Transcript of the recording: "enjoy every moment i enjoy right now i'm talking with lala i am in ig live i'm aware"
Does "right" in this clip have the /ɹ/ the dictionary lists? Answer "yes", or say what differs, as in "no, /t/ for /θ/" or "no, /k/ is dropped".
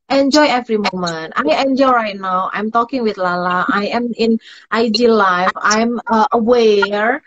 yes